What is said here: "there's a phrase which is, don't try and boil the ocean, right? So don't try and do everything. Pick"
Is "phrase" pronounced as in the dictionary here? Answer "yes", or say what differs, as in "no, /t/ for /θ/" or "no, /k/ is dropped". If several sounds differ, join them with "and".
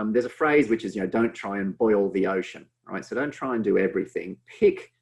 yes